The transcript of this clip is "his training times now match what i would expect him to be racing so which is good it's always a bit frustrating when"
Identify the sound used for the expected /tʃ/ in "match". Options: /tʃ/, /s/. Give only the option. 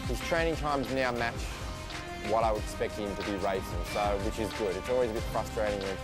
/tʃ/